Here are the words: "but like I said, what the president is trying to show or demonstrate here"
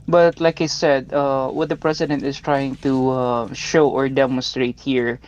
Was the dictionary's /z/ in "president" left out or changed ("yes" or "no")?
yes